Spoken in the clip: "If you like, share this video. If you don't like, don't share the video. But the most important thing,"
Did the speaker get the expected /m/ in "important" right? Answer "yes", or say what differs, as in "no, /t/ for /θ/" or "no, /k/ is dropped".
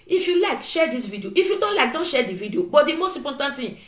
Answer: no, /m/ is dropped